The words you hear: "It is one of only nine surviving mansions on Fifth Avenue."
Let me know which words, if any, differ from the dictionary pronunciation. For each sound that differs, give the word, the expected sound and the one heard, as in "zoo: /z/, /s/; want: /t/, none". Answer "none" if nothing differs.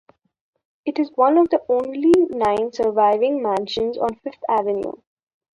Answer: fifth: /θ/, /t/